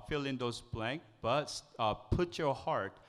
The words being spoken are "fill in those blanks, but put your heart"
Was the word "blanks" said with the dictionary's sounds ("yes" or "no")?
no